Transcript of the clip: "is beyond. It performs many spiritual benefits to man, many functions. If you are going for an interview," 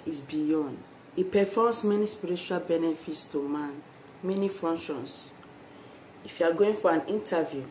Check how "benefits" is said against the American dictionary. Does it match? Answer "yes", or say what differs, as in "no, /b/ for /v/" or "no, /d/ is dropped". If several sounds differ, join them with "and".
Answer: yes